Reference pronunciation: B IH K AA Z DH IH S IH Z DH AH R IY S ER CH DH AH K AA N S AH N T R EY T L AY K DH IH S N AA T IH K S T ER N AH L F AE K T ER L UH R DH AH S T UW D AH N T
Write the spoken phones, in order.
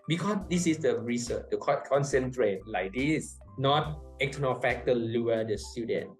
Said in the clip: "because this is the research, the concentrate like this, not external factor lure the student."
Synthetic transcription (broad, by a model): B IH K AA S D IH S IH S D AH R IY S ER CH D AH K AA N S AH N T R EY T L AY K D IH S N AA T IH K T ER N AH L F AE K T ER L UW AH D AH S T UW D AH N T